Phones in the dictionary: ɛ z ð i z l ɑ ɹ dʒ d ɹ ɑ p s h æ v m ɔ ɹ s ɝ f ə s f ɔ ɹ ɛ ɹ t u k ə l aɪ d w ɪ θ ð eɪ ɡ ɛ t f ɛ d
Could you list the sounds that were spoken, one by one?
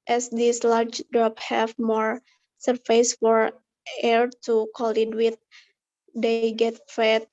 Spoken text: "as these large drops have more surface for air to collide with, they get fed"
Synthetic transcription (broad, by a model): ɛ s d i s l ɑ ɹ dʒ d ɹ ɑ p h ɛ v m ɔ ɹ s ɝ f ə s f ɔ ɹ ɛ ɹ t u k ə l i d w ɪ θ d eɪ ɡ ɛ t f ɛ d